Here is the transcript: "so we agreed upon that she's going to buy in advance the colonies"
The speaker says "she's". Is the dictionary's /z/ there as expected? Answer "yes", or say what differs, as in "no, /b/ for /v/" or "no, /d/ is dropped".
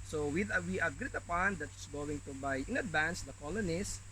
no, /s/ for /z/